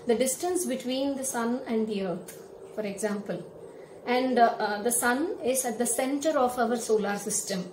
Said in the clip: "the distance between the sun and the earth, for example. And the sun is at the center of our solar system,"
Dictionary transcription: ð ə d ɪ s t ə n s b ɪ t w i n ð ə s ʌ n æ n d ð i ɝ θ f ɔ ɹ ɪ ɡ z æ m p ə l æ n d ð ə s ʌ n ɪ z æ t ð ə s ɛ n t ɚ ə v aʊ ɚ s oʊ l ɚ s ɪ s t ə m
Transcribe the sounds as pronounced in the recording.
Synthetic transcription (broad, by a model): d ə d ɪ s t ə n s b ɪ t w i n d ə s ʌ n æ n d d i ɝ t f ɔ ɹ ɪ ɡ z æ m p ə l æ n d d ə s ʌ n ɪ z æ t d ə s ɛ n t ɚ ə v aʊ ɚ s oʊ l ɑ s ɪ s t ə m